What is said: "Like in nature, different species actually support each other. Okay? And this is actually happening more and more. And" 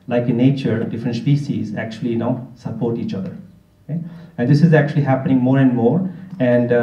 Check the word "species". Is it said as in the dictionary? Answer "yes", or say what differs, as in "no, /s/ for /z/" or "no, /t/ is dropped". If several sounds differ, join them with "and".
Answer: no, /s/ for /ʃ/